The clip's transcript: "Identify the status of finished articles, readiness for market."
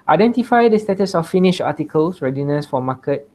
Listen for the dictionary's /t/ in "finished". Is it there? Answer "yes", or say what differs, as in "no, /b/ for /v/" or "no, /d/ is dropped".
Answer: no, /t/ is dropped